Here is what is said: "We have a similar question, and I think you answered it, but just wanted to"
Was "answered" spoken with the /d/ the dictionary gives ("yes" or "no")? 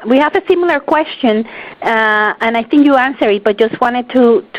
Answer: no